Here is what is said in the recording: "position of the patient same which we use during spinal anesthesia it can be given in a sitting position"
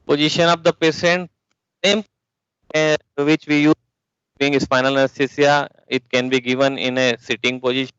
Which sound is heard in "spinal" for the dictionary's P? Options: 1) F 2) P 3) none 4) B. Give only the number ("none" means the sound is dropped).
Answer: 1